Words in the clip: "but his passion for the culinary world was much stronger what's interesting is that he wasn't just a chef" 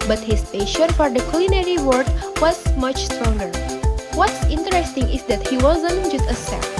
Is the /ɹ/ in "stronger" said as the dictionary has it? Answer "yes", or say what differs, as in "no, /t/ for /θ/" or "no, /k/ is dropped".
yes